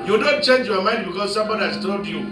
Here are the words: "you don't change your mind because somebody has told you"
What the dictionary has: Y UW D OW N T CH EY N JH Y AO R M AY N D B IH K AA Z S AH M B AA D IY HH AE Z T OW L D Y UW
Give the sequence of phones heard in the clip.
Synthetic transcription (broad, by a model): Y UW D OW N T CH EY N JH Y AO M AY N D B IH K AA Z S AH M B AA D IY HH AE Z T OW D Y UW